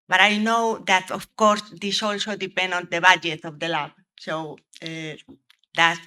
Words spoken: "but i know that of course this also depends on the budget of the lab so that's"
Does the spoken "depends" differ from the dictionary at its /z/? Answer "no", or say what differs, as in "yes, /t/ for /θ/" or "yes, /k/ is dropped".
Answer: yes, /z/ is dropped